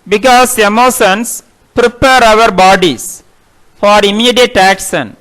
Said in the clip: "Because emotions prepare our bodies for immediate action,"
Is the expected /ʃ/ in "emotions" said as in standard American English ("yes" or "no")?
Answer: no